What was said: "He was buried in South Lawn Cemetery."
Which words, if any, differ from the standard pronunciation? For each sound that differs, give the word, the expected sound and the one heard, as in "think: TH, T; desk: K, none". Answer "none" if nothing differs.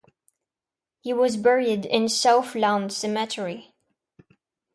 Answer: south: TH, F